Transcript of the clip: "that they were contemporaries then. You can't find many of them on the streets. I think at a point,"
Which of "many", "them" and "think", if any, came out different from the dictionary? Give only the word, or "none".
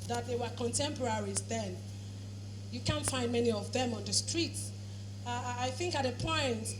none